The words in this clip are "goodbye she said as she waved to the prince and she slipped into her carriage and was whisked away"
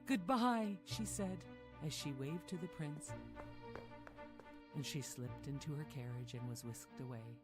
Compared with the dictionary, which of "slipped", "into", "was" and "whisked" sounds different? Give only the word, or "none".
none